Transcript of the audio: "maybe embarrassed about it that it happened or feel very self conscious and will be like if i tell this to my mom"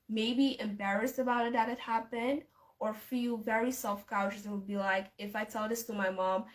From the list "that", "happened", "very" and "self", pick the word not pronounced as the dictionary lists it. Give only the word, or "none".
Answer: none